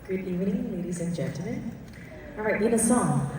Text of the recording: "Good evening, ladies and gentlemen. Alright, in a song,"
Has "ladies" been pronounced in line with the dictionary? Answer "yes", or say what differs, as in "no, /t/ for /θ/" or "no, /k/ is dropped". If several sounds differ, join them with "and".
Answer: yes